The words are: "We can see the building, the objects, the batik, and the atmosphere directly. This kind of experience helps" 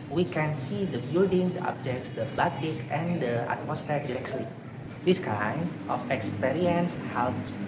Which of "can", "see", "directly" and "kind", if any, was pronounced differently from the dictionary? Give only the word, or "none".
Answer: directly